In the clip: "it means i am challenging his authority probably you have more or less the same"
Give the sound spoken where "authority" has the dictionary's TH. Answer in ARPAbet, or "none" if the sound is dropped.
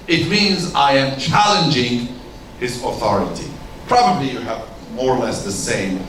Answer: TH